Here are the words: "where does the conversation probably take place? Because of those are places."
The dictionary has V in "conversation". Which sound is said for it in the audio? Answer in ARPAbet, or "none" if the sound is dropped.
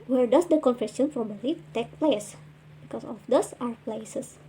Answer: F